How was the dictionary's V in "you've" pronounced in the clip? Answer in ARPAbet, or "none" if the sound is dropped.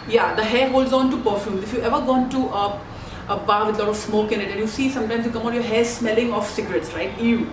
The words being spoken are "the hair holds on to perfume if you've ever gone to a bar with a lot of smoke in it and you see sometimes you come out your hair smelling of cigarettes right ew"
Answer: none